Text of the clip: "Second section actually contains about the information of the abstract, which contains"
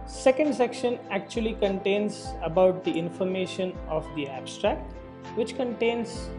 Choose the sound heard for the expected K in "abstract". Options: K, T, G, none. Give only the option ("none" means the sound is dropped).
K